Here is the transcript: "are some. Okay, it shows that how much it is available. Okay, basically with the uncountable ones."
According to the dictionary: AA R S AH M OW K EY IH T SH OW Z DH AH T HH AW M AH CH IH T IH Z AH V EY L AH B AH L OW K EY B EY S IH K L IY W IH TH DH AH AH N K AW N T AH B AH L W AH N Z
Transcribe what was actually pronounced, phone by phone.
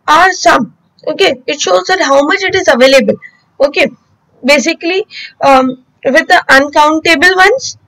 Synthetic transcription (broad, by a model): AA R S AH M OW K EY IH T SH OW Z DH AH T HH AW M AH CH IH T IH Z AH V EY L AH B AH L OW K EY B EY S IH K L IY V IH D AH AH N K AW N T AH B AH L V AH N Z